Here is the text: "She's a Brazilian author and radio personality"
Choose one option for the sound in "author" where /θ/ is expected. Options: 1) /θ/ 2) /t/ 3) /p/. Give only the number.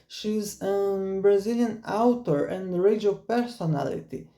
2